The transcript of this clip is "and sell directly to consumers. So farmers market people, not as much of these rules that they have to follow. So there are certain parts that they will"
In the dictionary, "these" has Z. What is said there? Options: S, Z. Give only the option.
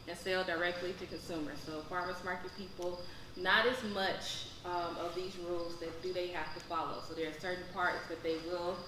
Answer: Z